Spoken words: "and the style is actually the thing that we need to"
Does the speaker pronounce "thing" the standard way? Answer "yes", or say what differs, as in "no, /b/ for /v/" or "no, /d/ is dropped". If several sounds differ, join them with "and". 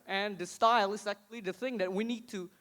yes